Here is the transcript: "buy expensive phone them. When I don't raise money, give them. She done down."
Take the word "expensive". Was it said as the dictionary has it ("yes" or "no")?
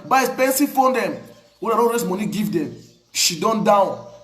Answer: no